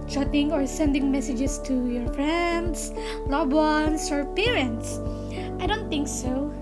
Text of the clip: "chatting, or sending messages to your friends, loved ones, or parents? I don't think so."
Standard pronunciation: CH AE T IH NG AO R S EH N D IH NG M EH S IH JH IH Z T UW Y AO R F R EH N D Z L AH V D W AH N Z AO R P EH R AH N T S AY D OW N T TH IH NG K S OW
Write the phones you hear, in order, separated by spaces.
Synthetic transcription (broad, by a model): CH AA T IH NG AO R S EH N D IH NG M EH S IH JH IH S T UW Y AO R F R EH N D S L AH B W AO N S AO R P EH R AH N T S AY D OW N T TH IH NG K S OW